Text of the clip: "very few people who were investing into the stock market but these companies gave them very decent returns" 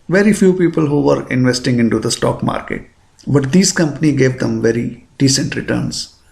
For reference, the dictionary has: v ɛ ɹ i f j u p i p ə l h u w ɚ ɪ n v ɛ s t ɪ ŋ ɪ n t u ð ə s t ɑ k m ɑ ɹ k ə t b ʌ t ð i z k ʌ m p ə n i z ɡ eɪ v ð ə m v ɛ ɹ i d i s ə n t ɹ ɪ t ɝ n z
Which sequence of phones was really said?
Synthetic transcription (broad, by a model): v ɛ ɹ i f j u p i p ə l h u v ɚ ɪ n v ɛ s t ɪ ŋ ɪ n t u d ə s t ɑ k m ɑ ɹ k ə t b ʌ t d i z k ʌ m p ə n i ɡ eɪ v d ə m v ɛ ɹ i d i s ə n t ɹ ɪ t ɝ n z